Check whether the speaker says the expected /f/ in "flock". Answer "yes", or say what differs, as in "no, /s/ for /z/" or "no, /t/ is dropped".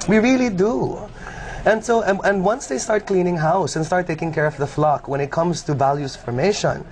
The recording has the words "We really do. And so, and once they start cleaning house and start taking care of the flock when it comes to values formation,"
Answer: yes